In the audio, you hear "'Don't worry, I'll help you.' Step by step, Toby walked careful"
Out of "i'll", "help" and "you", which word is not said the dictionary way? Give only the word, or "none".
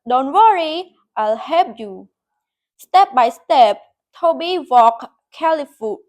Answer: help